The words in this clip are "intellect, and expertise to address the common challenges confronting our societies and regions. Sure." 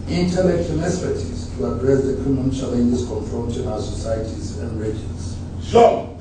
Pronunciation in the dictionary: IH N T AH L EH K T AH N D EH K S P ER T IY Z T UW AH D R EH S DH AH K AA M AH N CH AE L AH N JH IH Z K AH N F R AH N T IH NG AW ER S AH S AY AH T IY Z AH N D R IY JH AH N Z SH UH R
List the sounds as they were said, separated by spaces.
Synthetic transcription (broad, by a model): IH N T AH L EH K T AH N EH S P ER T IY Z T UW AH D R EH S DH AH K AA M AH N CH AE L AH N JH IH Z K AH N F R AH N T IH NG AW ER S AH S AY AH T IY Z AH N D R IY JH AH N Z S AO